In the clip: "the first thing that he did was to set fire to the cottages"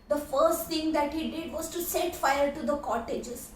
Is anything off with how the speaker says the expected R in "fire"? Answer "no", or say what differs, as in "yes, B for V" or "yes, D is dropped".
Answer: yes, L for R